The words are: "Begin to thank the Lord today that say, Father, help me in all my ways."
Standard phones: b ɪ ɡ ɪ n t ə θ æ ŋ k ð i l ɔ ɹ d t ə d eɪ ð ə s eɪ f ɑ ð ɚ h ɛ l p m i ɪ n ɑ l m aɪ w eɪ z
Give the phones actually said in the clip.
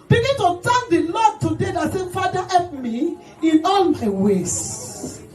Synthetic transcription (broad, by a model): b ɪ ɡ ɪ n t ə t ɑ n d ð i l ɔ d t ə d eɪ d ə s eɪ f ɑ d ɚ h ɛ p m i ɪ n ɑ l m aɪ w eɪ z